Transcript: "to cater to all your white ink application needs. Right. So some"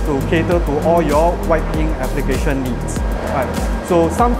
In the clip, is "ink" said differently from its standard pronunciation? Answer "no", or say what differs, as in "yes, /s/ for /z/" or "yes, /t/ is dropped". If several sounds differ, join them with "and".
yes, /k/ is dropped